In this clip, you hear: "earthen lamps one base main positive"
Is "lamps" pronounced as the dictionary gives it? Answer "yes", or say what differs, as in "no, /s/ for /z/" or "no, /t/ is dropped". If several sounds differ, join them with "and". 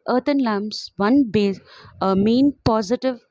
no, /p/ is dropped